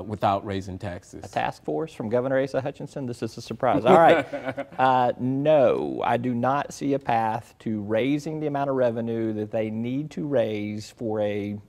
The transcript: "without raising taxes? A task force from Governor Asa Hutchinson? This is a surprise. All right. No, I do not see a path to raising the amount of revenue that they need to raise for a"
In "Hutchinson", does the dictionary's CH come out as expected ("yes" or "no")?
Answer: yes